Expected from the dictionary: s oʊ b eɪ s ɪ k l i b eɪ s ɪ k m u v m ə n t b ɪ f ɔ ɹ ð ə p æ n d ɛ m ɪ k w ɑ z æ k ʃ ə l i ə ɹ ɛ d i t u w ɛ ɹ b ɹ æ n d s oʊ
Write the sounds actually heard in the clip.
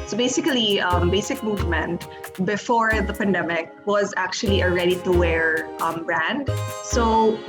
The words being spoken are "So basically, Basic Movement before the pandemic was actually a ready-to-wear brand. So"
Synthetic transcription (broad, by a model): s oʊ b eɪ s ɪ k l i b eɪ s ɪ k m u v m ə n t b ɪ f ɔ ɹ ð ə p æ n d ɛ m ɪ k w ɑ z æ k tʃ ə l i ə ɹ ɛ d i t u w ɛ ɹ b ɹ æ n d s oʊ